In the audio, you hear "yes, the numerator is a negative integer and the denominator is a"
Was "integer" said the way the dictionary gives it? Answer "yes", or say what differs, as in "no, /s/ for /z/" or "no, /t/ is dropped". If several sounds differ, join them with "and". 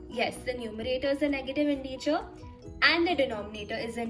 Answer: no, /tʃ/ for /dʒ/